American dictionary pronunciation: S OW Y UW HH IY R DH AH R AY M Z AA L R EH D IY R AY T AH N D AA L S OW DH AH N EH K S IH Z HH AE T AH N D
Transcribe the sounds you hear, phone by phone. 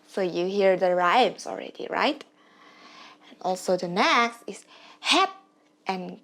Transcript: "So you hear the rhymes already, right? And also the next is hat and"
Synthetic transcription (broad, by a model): S OW Y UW HH IY R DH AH R AY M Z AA L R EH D IY R AY T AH N AA L S OW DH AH N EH S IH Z HH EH T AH N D